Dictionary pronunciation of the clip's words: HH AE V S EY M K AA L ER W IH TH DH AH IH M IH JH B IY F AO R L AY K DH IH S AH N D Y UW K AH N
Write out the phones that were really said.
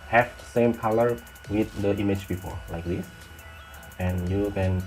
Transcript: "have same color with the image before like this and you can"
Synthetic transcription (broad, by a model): HH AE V S EY M K AA L ER W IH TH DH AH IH M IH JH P IY P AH L L AY K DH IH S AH N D Y UW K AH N